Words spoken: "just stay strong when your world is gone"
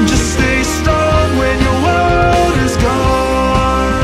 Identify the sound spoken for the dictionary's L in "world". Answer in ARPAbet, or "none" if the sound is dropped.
none